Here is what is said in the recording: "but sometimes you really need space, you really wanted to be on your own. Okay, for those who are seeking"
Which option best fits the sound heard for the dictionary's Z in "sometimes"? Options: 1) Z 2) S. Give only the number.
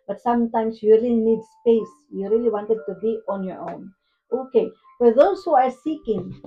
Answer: 2